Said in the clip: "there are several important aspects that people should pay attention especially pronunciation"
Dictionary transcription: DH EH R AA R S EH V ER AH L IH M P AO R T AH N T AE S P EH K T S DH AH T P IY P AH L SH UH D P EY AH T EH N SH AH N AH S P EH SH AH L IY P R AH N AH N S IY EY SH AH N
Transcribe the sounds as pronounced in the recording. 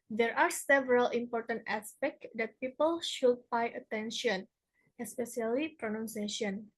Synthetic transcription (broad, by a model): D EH R AA R S EH V ER AH L IH M P AO R T AH N T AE S P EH K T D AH T P IY P AH L SH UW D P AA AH T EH N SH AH N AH S P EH S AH L IY P R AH N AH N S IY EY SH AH N